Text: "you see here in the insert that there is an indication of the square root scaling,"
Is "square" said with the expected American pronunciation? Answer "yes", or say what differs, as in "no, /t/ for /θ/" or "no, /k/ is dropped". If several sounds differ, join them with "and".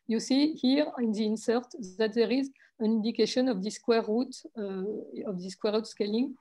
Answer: no, /w/ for /ɹ/